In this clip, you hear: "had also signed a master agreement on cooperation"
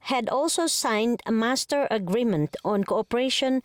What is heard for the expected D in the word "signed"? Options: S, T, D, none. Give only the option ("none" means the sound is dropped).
D